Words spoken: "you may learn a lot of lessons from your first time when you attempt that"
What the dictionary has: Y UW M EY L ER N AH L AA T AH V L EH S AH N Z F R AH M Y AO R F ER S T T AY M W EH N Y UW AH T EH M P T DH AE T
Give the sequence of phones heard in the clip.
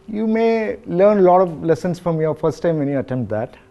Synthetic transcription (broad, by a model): Y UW M EY L ER N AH L AA T AH V L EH S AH N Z F R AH M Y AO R F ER S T T AY M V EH N Y UW AH T EH M P T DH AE T